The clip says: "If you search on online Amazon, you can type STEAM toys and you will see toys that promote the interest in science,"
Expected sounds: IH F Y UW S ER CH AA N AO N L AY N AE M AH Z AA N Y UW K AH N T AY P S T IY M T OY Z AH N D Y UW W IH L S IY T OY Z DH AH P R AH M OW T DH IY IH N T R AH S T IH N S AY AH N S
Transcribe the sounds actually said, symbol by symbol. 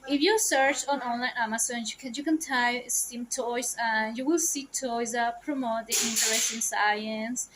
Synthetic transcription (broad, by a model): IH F Y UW S ER CH AA N AO N L AY N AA M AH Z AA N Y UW K AH N T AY S T IY M T OY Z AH N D Y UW W IH L S IY T OY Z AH P R AH M OW T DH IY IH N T AH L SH IH N S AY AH N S